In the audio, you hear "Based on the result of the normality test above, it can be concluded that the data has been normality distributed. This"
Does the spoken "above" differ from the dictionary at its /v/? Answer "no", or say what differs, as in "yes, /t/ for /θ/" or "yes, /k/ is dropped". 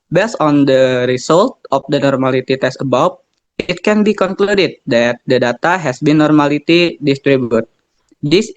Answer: yes, /w/ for /v/